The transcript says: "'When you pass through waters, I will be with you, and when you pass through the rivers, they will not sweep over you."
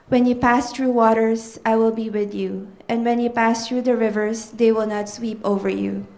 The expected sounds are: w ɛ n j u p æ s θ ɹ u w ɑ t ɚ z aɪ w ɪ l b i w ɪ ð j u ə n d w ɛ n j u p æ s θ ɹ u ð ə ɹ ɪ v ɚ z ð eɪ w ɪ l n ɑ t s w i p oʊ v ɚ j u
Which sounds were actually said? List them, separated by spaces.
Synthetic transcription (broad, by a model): w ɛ n j u p æ s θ ɹ u w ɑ t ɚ s aɪ w ɪ l b i w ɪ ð j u ə n d w ɛ n j u p æ s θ ɹ u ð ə ɹ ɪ v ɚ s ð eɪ w ɪ l n ɑ t s w i p oʊ v ɚ j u